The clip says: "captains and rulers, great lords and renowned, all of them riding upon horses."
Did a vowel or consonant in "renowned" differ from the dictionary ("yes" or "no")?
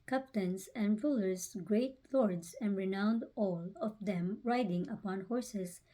no